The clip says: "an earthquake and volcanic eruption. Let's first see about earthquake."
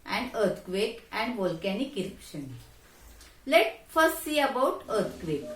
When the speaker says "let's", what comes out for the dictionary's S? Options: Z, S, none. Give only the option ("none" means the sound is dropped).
none